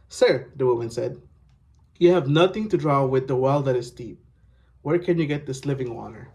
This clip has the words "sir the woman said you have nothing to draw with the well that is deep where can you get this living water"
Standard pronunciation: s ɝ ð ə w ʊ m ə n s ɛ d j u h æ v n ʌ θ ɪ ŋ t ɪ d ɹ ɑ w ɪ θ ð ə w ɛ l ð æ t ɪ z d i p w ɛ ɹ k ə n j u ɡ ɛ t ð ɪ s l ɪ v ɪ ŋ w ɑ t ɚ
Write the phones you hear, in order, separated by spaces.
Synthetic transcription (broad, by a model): s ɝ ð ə w ʊ m ə n s ɛ d j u h æ v n ʌ θ ɪ ŋ t ɪ d ɹ ɑ w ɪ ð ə w ɛ l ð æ t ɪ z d i p w ɛ ɹ k ə n j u ɡ ɛ t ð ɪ s l ɪ v ɪ ŋ w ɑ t ɚ